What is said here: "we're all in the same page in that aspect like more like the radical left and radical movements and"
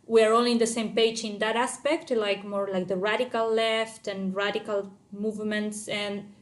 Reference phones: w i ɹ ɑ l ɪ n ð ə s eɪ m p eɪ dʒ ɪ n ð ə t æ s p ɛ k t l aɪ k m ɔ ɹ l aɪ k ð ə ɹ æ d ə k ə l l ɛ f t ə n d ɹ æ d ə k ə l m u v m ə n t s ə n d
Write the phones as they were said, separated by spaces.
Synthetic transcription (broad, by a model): w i ɹ ɑ l ɪ n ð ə s eɪ m p eɪ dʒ ɪ n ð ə t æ s p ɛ k t l aɪ k m ɔ ɹ l aɪ k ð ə ɹ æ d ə k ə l l ɛ f t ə n ɹ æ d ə k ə l m u v m ə n t s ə n